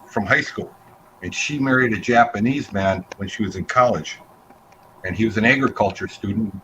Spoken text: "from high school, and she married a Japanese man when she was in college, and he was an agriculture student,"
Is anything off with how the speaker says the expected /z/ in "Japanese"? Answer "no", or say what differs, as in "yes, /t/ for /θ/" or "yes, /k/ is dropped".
no